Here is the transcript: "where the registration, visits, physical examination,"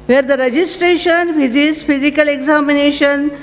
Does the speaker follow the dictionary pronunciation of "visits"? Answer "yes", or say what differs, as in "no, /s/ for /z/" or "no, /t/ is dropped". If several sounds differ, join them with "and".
no, /f/ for /v/